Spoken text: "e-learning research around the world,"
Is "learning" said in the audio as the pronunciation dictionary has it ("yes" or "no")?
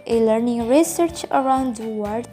yes